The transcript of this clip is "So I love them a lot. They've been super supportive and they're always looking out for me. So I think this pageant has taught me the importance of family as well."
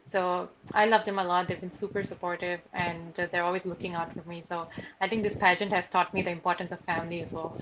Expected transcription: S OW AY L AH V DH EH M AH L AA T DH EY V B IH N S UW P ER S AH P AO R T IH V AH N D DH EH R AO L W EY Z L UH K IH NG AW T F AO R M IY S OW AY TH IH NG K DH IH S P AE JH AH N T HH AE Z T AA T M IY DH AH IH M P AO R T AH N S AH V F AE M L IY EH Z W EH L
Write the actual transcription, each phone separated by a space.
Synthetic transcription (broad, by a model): S OW AY L AH V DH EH M AH L AA T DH EY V B IH N S UW P ER S AH P AO R T IH V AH N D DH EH R AO L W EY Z L UH K IH NG AW T F AO R M IY S OW AY T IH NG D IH S P AE JH AH N T HH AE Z T AA T M IY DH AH IH M P AO R T AH N S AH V F AE M L IY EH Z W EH L